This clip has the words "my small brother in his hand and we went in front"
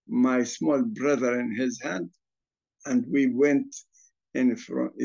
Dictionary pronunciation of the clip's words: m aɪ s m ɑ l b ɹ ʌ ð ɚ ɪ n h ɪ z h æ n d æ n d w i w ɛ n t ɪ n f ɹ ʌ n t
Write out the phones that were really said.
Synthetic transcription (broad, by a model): m aɪ s m ɑ l b ɹ ʌ ð ɚ ɪ n h ɪ z h æ n d æ n d w i w ɛ n t ɪ n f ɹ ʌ